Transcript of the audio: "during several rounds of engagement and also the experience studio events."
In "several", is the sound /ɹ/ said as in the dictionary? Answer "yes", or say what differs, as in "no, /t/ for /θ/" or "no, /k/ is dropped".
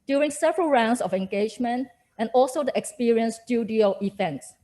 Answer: yes